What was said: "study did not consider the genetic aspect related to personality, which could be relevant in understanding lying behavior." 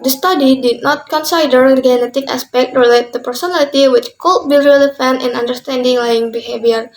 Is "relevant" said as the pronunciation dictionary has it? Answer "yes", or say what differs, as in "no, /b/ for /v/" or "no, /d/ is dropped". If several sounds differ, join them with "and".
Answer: no, /f/ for /v/